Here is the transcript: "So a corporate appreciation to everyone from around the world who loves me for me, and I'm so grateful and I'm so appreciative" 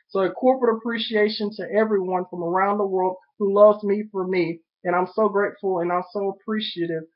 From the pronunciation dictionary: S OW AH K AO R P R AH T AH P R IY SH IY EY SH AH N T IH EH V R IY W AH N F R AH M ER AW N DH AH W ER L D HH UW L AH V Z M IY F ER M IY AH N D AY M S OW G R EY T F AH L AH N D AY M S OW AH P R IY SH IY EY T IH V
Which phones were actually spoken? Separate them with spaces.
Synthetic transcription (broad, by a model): S OW AH K AO R P R AH T AH P R IY SH IY EY SH AH N T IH EH V R IY W AH N F R AH M ER AW N DH AH W ER L D HH UW L AH V Z M IY F ER M IY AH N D AY M S OW G R EY T F L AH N AY M S OW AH P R IY SH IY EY T IH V